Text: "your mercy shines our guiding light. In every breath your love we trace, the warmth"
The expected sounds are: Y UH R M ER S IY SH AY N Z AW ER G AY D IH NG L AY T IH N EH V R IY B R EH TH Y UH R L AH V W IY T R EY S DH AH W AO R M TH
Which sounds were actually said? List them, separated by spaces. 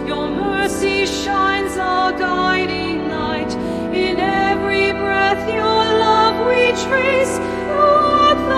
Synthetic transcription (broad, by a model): Y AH R M ER S IY SH AY N Z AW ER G AY D IH NG N AY T IH N EH V R IY B R EH TH Y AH R L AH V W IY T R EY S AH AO